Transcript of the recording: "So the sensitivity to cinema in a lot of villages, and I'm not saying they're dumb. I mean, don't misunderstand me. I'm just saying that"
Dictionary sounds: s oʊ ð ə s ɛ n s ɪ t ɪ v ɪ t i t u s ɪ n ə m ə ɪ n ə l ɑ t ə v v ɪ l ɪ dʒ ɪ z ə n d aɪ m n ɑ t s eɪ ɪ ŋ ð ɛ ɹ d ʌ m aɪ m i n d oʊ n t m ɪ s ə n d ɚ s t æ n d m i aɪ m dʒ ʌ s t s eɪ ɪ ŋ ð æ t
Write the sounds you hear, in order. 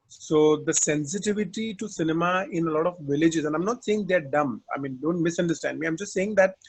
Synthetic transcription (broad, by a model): s oʊ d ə s ɛ n s ɪ t ɪ v ɪ t i t u s ɪ n ə m ə ɪ n ə l ɑ t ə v v ɪ l ɪ dʒ ɪ z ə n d aɪ m n ɑ t s eɪ ɪ ŋ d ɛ ɹ d ʌ m aɪ m i n d oʊ n t m ɪ s ə n d ɚ s t æ n d m i aɪ m dʒ ʌ s t s eɪ ɪ ŋ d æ t